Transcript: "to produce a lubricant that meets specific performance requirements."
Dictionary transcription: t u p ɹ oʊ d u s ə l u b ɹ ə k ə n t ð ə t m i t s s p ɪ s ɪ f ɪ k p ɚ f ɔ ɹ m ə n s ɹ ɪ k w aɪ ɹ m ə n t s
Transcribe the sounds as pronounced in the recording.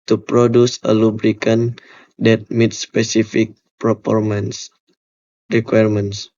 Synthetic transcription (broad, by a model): t u p ɹ oʊ d u s ə l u b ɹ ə k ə n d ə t m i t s s p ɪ s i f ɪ k p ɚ p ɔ ɹ m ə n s ɹ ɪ k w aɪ ɹ m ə n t s